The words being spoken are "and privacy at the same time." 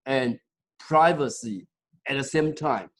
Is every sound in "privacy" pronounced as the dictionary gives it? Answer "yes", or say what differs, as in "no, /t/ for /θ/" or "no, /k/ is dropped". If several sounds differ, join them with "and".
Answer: yes